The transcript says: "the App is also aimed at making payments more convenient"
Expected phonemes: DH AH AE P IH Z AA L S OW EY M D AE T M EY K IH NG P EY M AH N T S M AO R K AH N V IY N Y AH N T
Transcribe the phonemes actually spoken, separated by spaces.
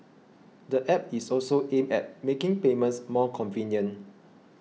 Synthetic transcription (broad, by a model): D AH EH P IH S AA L S OW EY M EH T M EY K IH NG P EY M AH N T S M AO K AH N V IY N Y AH N